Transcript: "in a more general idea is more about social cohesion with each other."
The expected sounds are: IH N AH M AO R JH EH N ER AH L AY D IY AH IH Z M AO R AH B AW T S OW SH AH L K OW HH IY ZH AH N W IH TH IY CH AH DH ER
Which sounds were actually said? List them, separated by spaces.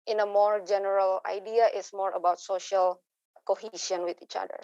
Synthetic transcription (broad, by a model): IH N AH M AO R JH EH N ER AH L AY D IY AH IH S M AO R AH B AW T S OW SH AH L K OW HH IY SH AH N W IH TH IY CH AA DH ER